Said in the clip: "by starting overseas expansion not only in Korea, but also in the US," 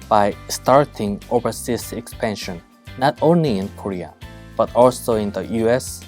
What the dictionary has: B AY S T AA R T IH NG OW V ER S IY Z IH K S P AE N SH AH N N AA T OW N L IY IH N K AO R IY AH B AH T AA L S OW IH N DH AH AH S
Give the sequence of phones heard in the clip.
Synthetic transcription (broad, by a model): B AY S T AA R T IH NG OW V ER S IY S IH K S P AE N SH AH N N AA T OW N L IY IH N K AO R IY AH B AH T AA L S OW IH N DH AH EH S